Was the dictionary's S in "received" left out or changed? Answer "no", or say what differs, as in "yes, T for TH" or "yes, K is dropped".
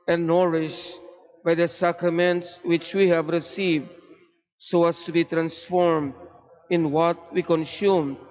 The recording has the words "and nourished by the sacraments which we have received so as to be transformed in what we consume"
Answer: no